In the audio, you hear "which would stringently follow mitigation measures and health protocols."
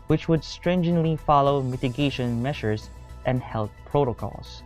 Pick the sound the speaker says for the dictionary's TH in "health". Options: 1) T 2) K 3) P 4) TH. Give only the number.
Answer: 1